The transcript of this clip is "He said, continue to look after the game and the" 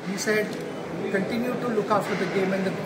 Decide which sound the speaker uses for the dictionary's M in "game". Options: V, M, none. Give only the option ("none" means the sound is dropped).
M